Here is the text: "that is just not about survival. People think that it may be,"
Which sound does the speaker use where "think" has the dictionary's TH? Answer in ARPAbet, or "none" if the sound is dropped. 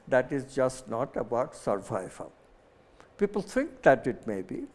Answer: T